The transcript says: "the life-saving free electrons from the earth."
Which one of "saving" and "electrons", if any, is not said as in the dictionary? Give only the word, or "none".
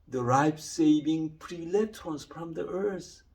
electrons